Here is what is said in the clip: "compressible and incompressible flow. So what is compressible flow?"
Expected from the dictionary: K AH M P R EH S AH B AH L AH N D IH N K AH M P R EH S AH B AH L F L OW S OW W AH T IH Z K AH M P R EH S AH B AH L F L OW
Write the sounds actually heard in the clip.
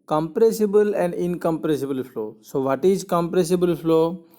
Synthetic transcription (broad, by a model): K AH M P R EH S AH B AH L AH N D IH N K AH M P R EH S AH B AH L F L OW S OW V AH T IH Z K AH M P R EH S AH B AH L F L OW